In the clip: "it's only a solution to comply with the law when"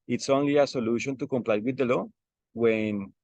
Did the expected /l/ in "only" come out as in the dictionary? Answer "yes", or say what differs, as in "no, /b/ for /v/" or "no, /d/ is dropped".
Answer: yes